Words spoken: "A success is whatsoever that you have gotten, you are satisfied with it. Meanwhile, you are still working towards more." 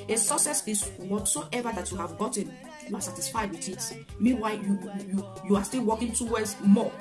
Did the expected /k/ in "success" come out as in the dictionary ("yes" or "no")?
no